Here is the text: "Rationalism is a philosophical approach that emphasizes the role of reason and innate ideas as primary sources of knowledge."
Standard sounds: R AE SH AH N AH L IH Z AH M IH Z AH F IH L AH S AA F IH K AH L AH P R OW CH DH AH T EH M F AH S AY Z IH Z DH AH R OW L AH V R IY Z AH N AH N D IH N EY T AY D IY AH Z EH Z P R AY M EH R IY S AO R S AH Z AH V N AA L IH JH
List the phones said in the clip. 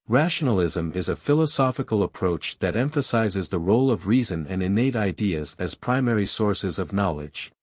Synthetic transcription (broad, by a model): R AE SH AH N L IH Z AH M IH Z AH F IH L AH S AA F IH K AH L AH P R OW CH DH AH T EH M F AH S AY Z IH Z DH AH R OW L AH V R IY Z AH N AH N IH N EY T AY D IY AH Z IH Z P R AY M EH R IY S AO R S AH Z AH V N AA L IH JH